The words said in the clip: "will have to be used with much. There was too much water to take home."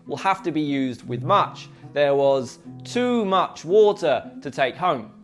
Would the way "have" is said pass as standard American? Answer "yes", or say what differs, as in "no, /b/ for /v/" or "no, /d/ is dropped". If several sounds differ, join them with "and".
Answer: no, /f/ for /v/